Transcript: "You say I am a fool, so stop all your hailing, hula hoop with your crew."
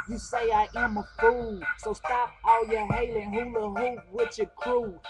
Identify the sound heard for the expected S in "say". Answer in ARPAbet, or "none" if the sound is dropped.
S